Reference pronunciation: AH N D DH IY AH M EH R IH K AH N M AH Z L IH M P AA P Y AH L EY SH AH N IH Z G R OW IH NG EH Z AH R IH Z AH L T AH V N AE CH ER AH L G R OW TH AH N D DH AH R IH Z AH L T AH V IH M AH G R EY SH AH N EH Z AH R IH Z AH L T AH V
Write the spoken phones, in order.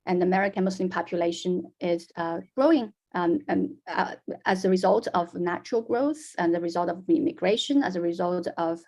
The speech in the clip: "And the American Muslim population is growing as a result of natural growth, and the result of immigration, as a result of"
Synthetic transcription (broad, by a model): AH N DH IY AH M EH R IH K AH N M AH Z L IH M P AA P Y AH L EY SH AH N IH Z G R OW IH NG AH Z AH R IH Z AH L T AH V N AE CH ER AH L G R OW TH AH N DH AH R IH Z AH L T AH V IH M AH G R EY SH AH N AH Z AH R IH Z AH L T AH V